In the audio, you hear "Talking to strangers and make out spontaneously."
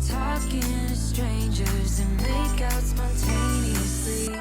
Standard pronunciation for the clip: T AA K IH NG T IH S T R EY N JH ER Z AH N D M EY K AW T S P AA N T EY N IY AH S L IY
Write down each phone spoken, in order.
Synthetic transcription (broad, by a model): T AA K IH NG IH S T R EY N JH ER Z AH N M EY K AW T S P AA N T EY N IY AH S L IY